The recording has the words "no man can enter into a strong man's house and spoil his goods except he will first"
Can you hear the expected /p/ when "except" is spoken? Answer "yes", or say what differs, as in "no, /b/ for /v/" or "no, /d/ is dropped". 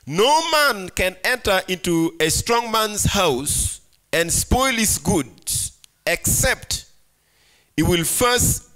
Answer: yes